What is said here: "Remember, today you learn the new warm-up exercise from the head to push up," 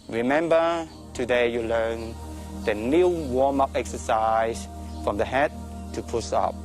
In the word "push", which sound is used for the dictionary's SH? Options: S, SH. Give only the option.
S